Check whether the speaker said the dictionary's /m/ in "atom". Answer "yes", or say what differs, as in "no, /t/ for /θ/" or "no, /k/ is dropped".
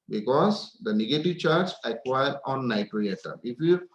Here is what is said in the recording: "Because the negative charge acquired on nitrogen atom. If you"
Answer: no, /m/ is dropped